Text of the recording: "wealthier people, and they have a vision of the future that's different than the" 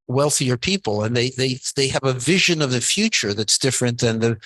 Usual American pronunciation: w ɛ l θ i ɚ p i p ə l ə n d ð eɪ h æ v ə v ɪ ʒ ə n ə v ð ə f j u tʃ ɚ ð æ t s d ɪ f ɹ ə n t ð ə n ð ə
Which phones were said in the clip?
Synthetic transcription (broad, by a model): w ɛ l θ i ɚ p i p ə l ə n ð ð eɪ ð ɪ v ə v ɪ ʒ ə n ə v ð ə f j u tʃ ɚ ð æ t s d ɪ f ɹ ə n ð ə n ð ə